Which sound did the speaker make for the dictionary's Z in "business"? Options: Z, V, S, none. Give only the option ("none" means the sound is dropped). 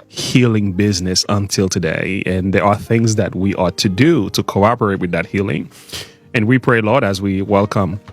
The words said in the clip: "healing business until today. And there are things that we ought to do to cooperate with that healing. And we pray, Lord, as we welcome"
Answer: Z